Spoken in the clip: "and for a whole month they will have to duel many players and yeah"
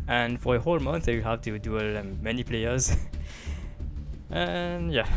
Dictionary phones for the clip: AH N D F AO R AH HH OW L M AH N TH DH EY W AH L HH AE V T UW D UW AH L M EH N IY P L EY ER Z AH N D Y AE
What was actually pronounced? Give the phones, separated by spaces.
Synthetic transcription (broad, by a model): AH N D F AO R AH HH OW L M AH N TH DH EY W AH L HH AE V T UW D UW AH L M EH N IY P L EY ER Z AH N Y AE